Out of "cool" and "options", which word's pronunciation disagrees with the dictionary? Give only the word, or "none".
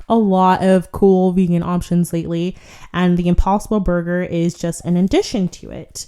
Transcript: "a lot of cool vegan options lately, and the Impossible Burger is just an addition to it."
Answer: none